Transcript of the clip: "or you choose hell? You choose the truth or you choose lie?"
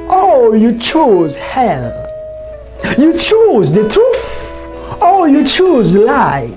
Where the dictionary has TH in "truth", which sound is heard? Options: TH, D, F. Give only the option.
F